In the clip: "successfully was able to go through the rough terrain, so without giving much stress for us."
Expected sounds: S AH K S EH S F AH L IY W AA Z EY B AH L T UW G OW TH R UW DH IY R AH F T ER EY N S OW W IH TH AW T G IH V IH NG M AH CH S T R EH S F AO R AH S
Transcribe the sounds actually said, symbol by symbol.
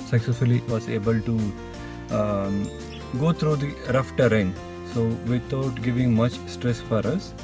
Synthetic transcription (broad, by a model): S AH K S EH S F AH L IY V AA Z EY B AH L T UW G OW T R UW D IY R AH F T ER EY N S OW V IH T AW T G IH V IH NG M AH CH S T R EH S F AO R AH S